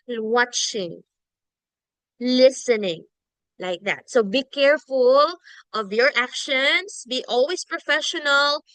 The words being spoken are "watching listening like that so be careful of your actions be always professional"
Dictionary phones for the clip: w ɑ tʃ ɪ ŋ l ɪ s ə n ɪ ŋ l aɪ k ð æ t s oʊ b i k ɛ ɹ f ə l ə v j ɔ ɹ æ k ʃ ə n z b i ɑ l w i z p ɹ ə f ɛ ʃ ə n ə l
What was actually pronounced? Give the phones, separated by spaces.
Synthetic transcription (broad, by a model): w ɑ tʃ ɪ ŋ l ɪ s ə n ɪ ŋ l aɪ k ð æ t s oʊ b i k ɛ ɹ f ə l ə v j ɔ ɹ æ k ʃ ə n s b i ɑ l w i s p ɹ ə f ɛ ʃ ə n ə l